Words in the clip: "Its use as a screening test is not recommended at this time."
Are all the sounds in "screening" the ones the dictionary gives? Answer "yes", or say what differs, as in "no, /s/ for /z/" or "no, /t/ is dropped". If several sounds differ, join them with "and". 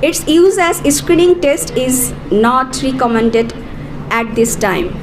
yes